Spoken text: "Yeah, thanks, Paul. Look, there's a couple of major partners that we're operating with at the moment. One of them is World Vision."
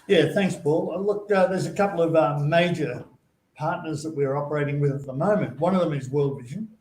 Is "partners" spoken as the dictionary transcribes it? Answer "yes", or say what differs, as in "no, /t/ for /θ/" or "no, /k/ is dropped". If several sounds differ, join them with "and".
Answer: yes